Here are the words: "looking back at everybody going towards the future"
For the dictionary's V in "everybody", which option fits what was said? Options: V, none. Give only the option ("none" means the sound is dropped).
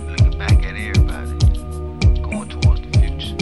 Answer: none